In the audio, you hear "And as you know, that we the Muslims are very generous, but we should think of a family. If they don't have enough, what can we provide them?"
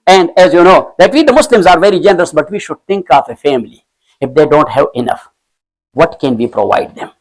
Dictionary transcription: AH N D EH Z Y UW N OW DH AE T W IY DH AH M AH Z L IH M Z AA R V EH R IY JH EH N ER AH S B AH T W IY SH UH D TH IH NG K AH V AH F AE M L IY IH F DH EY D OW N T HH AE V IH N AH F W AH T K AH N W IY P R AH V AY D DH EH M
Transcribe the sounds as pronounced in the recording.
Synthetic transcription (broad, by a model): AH N D EH Z Y UW N OW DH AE T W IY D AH M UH S L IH M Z AA R V EH R IY JH EH N ER AH S B AH T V IY SH UH D T IH NG K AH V AH F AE M L IY IH F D EY D OW N T HH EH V IH N AH F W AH T K AH N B IY P R AH V AY D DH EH M